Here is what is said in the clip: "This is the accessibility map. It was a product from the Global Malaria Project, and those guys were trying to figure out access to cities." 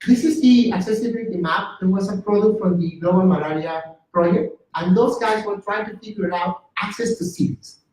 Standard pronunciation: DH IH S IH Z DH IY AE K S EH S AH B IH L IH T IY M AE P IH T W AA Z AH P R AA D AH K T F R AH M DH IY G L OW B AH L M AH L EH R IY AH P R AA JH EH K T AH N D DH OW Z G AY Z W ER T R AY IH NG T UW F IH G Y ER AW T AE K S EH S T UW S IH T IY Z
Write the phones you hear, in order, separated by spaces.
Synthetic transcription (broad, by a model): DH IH S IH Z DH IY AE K S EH S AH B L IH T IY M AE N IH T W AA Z AH P R AA D AH K T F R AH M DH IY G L OW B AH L M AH L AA R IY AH P R AA JH EH K T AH N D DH OW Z G AY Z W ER T R AY IH NG T UW P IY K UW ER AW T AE K S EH S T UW S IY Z